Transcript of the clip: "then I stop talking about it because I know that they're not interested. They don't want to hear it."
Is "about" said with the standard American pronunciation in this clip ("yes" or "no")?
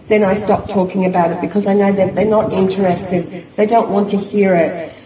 yes